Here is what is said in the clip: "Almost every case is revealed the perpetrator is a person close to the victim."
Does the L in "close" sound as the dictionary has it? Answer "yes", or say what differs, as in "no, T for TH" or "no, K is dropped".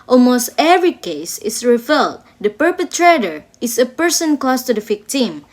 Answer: no, L is dropped